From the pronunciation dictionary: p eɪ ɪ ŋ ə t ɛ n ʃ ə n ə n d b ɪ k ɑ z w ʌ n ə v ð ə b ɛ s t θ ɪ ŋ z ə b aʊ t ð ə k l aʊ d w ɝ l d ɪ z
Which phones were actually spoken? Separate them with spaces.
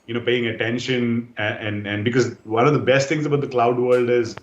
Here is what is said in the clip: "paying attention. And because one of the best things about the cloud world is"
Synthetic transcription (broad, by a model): p eɪ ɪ ŋ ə t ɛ n ʃ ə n ə n d b ɪ k ɑ z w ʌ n ə v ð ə b ɛ s t t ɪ ŋ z ə b aʊ t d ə k l aʊ d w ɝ l d ɪ z